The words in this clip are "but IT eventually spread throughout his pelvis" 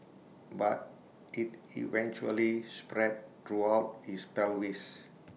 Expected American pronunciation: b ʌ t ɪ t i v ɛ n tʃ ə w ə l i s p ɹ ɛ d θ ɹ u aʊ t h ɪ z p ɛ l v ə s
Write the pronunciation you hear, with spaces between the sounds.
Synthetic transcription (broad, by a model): b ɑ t ɪ t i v ɛ n tʃ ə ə l i s p ɹ ɛ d t ɹ u aʊ t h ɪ s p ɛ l w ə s